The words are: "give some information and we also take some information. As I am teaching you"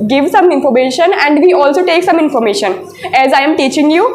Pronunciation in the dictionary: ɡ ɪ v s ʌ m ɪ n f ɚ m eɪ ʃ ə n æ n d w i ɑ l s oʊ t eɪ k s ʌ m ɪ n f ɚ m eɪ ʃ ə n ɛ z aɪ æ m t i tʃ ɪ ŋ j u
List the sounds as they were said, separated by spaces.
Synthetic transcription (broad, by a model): ɡ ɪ v s ʌ m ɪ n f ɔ m eɪ ʃ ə n æ n d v i ɑ l s oʊ t eɪ k s ʌ m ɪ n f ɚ m eɪ ʃ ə n ɛ z aɪ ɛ m t i tʃ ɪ ŋ j u